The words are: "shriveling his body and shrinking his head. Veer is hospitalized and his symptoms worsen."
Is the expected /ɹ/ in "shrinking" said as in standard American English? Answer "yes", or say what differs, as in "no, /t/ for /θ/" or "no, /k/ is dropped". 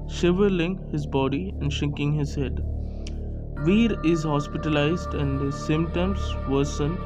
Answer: no, /ɹ/ is dropped